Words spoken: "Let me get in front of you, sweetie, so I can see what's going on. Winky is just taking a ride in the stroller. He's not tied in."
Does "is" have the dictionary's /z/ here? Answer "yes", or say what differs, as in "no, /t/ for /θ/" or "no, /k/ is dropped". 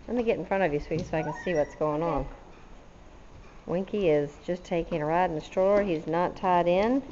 yes